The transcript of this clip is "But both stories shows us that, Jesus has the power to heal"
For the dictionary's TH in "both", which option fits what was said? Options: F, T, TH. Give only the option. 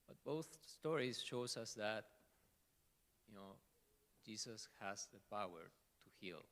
TH